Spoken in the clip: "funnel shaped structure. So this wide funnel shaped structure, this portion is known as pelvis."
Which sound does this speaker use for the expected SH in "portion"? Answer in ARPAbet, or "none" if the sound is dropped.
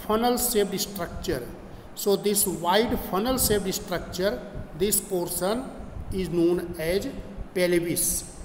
S